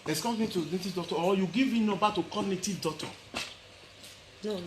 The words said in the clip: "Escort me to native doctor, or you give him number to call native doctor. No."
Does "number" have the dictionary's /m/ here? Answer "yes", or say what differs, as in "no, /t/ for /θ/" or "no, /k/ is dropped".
no, /m/ is dropped